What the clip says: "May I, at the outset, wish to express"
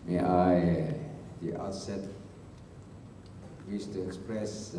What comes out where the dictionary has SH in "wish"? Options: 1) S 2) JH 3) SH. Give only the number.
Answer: 1